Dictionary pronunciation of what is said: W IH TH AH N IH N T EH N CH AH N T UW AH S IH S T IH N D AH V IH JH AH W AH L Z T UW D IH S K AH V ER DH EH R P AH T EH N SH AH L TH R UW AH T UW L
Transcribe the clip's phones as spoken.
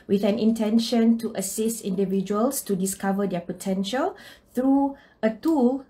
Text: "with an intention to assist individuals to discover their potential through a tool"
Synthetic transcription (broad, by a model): W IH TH AH N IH N T EH N SH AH N T UW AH S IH S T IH N D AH V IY JH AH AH L S T UW D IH S K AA V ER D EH P AH T EH N SH AH L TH R UW AH T UW L